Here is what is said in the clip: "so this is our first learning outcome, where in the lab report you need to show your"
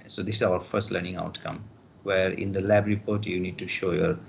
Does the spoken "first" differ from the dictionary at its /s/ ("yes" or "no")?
no